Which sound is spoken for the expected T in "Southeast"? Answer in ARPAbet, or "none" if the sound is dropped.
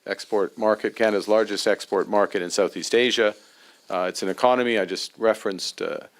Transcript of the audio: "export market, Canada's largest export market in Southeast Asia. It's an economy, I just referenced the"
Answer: T